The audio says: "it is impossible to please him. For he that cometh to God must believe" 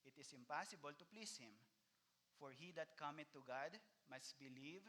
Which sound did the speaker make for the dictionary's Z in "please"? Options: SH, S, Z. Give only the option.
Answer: S